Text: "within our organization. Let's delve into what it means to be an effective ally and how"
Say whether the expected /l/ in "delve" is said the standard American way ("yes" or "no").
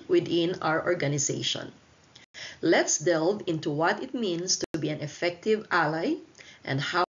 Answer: yes